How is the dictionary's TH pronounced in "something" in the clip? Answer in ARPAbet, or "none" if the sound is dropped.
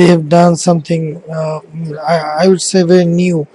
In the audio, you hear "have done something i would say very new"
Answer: T